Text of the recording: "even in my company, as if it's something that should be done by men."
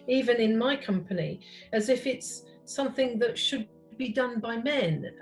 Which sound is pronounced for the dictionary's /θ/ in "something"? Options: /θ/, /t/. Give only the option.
/θ/